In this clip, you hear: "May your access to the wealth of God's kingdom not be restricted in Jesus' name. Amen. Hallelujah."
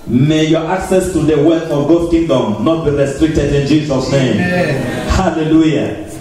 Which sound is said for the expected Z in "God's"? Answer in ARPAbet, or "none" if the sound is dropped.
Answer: none